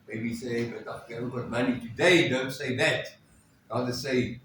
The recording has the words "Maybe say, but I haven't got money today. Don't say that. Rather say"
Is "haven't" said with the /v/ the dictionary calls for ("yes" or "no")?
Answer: no